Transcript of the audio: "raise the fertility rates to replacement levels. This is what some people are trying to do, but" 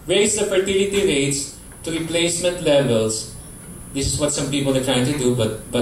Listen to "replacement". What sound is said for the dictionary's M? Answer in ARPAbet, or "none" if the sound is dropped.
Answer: M